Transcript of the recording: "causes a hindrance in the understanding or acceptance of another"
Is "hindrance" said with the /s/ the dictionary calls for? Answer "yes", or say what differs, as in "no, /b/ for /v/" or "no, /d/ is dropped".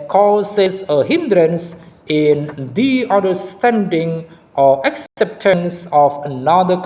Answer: yes